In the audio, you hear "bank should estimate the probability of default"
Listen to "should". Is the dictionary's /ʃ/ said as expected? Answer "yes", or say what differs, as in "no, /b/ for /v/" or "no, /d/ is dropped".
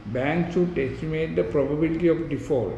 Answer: no, /s/ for /ʃ/